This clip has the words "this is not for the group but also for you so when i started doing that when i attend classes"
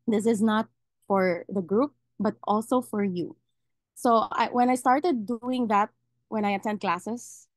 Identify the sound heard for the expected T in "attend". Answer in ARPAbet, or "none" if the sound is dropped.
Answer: S